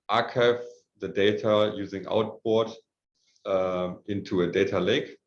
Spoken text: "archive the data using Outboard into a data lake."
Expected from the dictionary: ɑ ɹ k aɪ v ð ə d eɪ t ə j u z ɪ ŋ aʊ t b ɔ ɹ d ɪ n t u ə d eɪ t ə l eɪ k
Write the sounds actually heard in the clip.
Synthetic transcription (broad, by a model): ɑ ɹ k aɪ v ð ə d eɪ t ə j u z ɪ ŋ aʊ t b ɔ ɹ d ɪ n t u ə d eɪ t ə l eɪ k